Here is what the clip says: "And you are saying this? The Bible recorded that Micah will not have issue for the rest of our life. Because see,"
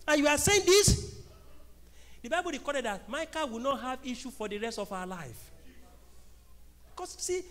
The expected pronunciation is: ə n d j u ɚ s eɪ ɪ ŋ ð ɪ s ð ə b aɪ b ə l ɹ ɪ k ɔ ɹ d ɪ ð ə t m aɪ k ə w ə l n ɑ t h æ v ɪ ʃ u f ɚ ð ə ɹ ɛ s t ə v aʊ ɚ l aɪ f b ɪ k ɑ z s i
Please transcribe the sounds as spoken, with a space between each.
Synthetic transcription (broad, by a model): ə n j u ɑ s eɪ ɪ ŋ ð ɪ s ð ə b aɪ b ə l ɹ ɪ k ɔ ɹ d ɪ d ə t m aɪ k ə w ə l n ɑ t h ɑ v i ʃ u f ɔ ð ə ɹ ɛ s t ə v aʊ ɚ l aɪ f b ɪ k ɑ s s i